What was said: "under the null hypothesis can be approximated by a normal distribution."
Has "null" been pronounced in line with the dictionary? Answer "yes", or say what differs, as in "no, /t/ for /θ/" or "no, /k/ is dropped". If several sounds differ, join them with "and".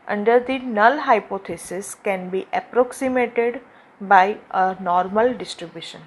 yes